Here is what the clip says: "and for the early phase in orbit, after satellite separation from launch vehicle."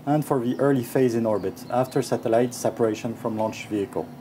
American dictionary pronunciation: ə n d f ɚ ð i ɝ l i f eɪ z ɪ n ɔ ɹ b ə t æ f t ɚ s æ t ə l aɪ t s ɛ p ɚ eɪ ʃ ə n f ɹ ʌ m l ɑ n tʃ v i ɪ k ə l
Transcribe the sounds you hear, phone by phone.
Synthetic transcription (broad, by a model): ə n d f ɚ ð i ɝ l i f eɪ z ɪ n ɔ ɹ b ə t æ f t ɚ s æ t ə l aɪ t s ɛ p ɚ eɪ ʃ ə n f ɹ ʌ m l ɑ n tʃ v i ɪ k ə l